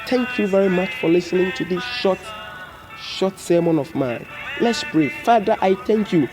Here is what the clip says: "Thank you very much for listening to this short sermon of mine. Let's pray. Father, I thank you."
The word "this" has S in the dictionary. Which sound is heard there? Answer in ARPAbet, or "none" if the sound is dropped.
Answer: SH